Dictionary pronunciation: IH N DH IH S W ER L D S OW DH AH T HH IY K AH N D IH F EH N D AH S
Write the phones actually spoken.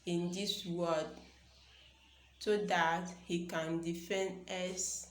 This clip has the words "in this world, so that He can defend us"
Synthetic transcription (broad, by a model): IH N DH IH S W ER D S OW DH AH T HH IY K AH N D IH F EH N D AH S